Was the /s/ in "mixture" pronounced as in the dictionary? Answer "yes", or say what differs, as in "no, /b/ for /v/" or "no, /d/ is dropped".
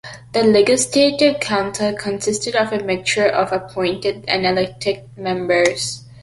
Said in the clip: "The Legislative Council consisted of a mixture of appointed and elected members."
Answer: no, /s/ is dropped